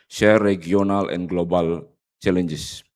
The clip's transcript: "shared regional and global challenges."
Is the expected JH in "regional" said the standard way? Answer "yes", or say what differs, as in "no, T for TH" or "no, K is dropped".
no, JH is dropped